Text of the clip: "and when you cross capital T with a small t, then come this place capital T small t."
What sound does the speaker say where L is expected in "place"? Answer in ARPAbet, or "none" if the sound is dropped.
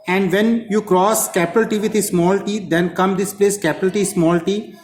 L